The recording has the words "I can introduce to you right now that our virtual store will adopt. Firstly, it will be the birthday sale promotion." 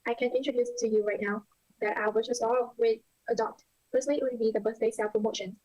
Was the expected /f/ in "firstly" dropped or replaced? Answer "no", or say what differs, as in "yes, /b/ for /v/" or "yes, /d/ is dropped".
yes, /p/ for /f/